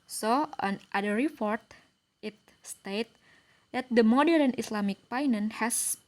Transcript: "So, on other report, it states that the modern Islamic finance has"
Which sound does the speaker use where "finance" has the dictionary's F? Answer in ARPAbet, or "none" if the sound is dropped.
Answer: P